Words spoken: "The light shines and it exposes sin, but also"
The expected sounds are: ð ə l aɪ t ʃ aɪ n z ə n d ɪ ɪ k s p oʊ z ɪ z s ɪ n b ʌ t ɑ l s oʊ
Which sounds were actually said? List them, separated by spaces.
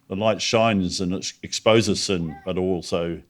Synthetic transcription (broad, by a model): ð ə l aɪ t ʃ aɪ n z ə n ɪ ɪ k s p oʊ z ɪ s ɪ n b ʌ t ɑ l s oʊ